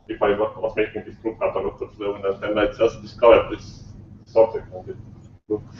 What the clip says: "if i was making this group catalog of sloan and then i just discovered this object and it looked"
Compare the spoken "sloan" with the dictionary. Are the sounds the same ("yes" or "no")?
no